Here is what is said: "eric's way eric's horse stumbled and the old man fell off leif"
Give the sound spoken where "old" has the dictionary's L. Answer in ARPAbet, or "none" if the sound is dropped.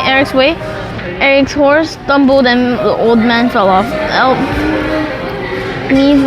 L